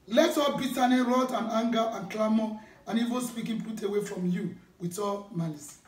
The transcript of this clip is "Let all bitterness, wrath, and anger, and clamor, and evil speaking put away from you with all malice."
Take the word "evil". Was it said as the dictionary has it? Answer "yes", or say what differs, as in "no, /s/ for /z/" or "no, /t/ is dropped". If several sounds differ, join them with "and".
no, /n/ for /l/